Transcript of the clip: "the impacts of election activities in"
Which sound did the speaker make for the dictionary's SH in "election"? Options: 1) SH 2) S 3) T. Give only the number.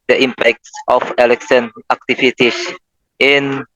2